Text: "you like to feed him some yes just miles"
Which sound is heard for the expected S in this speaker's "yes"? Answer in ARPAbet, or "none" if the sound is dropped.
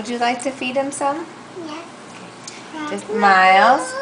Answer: none